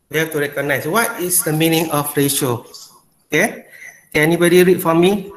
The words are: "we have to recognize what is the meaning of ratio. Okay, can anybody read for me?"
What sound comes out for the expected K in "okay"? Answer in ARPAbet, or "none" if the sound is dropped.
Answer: K